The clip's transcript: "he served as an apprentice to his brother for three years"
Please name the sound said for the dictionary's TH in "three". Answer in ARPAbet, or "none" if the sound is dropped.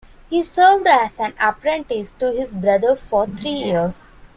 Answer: T